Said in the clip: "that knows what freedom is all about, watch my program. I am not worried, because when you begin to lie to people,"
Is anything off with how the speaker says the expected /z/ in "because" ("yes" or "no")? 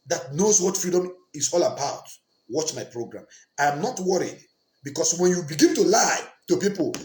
yes